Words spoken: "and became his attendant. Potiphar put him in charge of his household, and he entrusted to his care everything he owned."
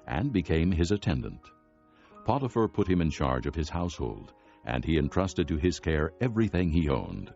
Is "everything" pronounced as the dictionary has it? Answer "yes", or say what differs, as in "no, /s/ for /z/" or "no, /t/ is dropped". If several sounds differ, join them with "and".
yes